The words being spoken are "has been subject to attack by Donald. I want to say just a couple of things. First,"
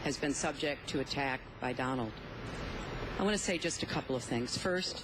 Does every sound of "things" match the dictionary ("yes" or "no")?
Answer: yes